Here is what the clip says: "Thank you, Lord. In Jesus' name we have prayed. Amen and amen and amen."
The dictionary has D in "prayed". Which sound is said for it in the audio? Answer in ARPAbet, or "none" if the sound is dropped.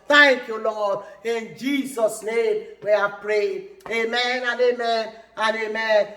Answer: none